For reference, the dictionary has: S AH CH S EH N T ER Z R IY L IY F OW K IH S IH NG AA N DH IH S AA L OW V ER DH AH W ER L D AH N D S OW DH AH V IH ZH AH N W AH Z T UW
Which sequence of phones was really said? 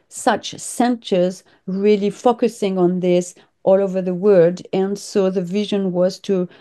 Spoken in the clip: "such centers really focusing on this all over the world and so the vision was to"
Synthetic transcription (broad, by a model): S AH CH S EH N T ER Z R IY L IY F OW K IH S IH NG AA N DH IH S AA L OW V ER DH AH W ER D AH N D S OW DH AH V IH ZH AH N W AH Z T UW